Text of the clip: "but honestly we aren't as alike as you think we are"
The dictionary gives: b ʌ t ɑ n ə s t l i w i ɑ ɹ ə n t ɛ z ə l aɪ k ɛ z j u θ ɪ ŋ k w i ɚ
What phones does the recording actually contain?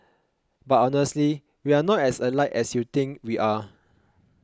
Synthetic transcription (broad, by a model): b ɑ t ɑ n ə s t l i w i ɑ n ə t ɛ s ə l aɪ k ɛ s j u t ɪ ŋ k w i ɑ